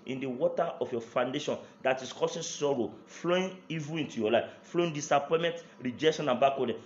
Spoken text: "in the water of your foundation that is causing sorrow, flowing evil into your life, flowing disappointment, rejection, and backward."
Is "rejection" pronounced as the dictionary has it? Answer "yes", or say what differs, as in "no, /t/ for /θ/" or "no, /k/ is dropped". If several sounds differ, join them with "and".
yes